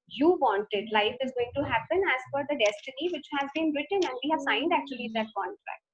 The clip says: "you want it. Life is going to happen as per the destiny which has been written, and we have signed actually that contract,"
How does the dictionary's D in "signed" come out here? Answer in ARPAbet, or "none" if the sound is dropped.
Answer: D